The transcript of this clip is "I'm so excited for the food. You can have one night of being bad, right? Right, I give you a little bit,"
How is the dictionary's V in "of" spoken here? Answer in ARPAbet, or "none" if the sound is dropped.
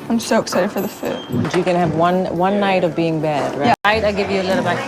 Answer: V